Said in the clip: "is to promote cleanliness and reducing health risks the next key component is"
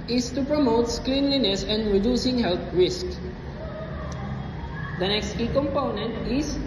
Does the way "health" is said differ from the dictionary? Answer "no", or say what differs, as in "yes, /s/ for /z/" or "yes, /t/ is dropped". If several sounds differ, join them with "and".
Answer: yes, /t/ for /θ/